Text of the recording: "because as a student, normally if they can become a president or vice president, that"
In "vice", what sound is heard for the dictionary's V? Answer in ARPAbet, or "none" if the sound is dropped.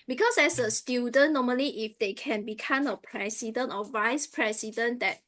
V